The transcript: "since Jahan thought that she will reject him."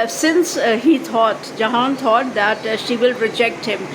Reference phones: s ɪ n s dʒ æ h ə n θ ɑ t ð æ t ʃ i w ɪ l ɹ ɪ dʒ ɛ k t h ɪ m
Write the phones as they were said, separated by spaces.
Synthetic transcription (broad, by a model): s ɪ n s dʒ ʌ h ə n t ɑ t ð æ t ʃ i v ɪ l ɹ ɪ dʒ ɛ k t h ɪ m